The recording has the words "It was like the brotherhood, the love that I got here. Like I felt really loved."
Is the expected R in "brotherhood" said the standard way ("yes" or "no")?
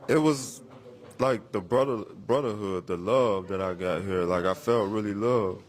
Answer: yes